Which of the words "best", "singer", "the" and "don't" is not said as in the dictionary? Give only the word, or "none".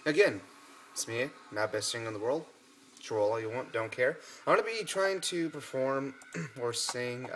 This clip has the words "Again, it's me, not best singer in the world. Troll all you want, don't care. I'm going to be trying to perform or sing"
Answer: singer